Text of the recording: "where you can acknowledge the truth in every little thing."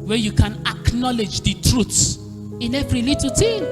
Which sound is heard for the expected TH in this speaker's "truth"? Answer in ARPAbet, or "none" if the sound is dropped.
S